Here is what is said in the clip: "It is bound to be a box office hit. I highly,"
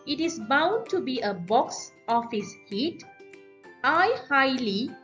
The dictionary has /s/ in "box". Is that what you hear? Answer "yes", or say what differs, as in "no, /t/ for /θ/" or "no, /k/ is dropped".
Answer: yes